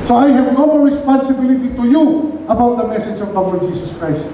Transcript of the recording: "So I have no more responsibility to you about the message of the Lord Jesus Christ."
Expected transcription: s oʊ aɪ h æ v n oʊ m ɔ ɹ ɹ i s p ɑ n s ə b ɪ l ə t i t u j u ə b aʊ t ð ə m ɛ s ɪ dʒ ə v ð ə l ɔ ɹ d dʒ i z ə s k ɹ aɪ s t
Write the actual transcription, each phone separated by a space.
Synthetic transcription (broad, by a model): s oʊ aɪ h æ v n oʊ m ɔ l ɹ i s p ɑ n s ə b ɪ l ə t i t u j u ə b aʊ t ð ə m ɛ s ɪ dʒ ə v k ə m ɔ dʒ i s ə s k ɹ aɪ s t